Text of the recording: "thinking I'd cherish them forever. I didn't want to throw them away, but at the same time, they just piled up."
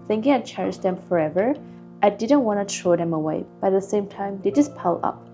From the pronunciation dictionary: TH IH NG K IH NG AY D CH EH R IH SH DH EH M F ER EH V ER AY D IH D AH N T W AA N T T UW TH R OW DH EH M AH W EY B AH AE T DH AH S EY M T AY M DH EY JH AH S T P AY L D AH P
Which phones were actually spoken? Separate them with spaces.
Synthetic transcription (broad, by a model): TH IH NG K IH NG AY CH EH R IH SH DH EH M F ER EH V ER AY D IH D AH N T W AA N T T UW T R OW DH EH M AH W EY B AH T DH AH S EY M T AY M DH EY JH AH S P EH L AH P